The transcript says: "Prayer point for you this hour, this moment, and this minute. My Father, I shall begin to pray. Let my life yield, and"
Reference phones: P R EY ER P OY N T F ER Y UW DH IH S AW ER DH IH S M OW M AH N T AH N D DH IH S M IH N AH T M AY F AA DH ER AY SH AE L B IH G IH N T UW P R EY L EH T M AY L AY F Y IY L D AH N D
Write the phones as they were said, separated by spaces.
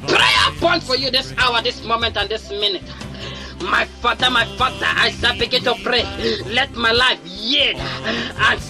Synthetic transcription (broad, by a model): P R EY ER P OY N T F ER Y UW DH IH S AW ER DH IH S M OW M AH N T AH N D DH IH S M IH N AH T M AY F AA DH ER AY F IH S B IH G IH N T UW P R EY L EH T M AY L AY F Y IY D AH N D